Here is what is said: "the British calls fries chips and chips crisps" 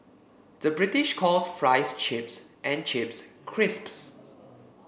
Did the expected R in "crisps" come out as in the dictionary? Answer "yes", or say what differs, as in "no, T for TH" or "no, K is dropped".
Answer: yes